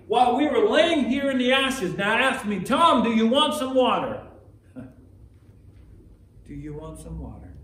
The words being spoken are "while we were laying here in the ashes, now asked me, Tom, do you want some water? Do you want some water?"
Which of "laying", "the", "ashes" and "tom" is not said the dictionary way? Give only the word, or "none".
none